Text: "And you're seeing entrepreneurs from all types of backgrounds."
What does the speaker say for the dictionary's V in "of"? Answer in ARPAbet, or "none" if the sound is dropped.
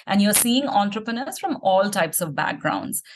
V